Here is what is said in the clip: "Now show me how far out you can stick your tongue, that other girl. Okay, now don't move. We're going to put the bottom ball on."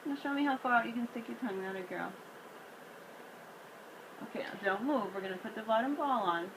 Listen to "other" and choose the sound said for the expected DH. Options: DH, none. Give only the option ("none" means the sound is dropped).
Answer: none